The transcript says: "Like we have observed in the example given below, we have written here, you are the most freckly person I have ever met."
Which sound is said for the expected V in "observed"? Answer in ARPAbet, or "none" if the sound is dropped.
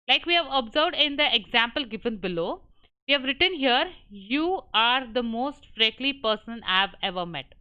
V